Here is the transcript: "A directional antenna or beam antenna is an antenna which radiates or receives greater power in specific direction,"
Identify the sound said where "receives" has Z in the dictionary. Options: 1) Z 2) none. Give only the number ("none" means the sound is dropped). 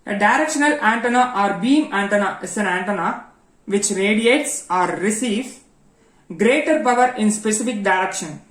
2